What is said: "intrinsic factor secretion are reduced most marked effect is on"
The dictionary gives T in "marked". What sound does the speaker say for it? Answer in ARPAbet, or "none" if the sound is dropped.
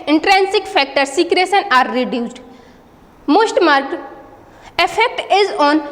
none